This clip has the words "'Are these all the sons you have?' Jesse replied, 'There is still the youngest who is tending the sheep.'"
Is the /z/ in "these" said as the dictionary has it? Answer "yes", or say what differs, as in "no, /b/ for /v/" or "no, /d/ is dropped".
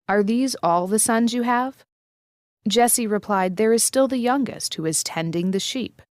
yes